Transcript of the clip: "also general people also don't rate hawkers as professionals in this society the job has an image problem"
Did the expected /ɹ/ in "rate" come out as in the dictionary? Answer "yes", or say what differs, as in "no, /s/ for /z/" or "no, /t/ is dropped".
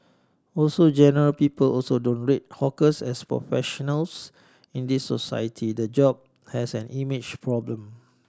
yes